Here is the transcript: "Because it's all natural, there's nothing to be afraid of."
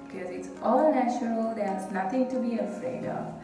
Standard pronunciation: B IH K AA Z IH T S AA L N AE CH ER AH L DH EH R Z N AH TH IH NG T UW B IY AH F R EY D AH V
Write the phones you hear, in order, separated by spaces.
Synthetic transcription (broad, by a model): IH K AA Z IH T S AA L N AE CH ER AH L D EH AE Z N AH T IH NG T UW B IY AH F R EY D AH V